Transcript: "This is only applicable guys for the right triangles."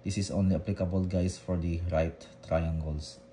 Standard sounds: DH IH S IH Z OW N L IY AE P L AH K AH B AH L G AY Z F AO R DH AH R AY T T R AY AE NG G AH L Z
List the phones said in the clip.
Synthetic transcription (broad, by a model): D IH S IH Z OW N L IY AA P L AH K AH B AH L G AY S F AO R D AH R AY T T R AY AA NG G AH L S